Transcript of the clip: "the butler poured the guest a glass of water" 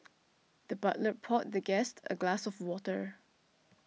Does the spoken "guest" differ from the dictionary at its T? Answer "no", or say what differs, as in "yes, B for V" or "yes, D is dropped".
no